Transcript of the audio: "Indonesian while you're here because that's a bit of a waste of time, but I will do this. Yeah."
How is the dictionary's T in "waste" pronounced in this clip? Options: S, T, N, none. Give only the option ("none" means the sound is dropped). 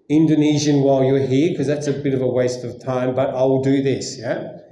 T